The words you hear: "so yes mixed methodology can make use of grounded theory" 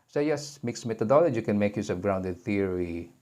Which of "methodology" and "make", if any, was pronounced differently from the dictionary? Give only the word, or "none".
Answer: methodology